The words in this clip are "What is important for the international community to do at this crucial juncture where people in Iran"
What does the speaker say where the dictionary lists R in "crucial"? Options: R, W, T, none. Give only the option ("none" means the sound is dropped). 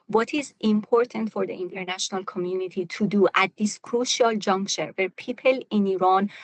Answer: R